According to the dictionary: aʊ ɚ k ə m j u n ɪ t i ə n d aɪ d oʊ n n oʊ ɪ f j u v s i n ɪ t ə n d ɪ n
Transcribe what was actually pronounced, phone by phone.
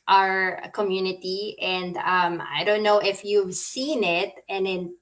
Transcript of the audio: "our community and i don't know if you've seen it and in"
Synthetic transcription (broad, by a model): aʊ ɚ k ə m j u n ɪ t i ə n d aɪ d oʊ n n oʊ ɪ f j u v s i n ɪ t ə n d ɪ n